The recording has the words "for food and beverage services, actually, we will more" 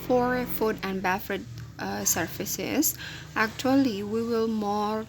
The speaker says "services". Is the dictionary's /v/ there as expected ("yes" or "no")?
no